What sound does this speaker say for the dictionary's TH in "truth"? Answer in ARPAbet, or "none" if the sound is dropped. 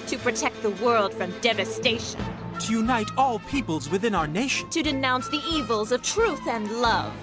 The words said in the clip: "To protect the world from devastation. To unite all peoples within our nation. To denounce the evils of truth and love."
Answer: TH